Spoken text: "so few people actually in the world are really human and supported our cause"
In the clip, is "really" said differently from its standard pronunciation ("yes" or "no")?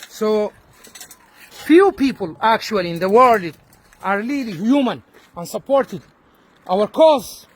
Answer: yes